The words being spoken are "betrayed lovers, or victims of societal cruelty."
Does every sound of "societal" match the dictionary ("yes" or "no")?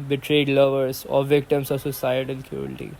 no